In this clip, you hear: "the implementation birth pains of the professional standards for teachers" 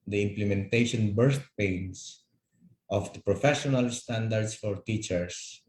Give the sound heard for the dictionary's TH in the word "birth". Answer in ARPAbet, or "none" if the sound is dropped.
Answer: T